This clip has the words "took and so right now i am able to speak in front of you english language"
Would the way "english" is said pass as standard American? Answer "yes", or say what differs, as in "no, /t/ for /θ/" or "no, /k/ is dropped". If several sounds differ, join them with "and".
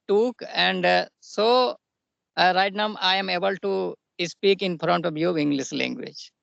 no, /s/ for /ʃ/